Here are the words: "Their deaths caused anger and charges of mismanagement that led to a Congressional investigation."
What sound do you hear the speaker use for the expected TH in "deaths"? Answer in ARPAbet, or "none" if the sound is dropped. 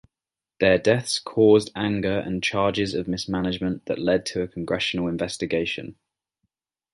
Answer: TH